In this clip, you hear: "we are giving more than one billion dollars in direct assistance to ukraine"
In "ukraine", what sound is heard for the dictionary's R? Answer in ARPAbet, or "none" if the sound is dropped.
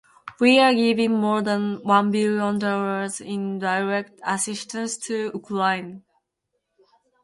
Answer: L